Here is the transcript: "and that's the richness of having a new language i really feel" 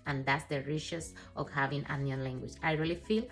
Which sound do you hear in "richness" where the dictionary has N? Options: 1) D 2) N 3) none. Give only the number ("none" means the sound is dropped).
3